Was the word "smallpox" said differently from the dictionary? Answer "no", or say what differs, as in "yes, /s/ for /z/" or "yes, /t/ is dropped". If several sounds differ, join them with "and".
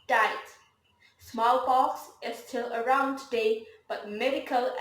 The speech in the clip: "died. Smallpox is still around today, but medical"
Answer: yes, /b/ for /p/